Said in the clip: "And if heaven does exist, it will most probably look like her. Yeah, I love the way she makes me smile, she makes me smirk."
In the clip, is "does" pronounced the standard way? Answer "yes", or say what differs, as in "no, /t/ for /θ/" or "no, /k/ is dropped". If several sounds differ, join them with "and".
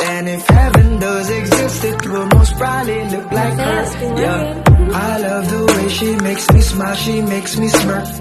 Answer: yes